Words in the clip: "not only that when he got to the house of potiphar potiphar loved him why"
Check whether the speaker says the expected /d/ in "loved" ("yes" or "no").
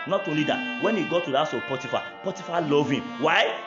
no